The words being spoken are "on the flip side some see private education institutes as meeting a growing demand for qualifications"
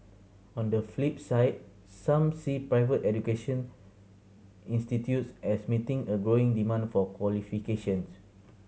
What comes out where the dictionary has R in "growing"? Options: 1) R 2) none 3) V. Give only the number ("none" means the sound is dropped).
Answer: 1